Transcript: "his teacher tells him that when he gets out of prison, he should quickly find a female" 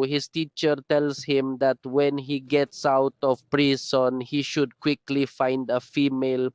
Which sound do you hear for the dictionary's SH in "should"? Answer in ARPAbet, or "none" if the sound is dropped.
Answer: SH